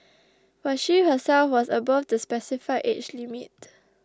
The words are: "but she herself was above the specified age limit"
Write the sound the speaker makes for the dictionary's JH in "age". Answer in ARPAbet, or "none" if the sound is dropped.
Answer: CH